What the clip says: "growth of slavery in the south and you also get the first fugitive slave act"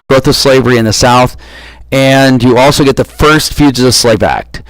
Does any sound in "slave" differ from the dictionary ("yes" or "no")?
no